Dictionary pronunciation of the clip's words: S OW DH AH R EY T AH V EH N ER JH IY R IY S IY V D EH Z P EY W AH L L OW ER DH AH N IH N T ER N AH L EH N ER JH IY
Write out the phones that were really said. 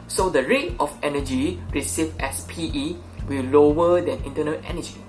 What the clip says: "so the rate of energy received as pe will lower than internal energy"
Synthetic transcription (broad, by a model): S OW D AH R EY T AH F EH N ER JH IY R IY S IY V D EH S P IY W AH W L OW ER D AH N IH N T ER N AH L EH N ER JH IY